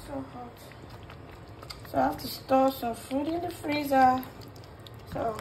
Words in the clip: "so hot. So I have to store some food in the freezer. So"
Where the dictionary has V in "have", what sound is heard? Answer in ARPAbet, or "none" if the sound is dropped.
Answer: F